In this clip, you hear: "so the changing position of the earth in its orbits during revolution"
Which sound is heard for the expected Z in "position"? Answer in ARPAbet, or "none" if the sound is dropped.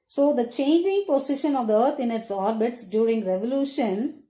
S